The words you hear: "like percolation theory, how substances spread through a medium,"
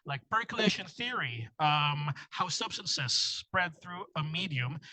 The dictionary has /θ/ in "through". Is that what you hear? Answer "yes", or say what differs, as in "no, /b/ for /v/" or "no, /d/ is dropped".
yes